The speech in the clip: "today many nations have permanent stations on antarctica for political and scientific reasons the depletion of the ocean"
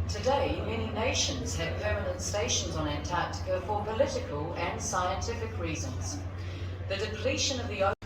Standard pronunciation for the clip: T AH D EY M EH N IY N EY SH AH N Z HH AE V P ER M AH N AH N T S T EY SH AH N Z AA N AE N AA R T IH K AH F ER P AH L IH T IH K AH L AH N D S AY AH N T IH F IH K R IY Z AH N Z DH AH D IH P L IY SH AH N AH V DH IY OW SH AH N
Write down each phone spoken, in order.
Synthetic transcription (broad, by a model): T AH D EY M EH N IY N EY SH AH N Z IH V P ER M AH N AH N T S T EY SH AH N Z N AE AH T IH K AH F ER P AH L IH T IH K AH L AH N S AY AH N T IH F IH K R IY Z AH N Z DH AH D IH P L IY SH AH N AH V DH IY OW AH